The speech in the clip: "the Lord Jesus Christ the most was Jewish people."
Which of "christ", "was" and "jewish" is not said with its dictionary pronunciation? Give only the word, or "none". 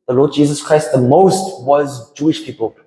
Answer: none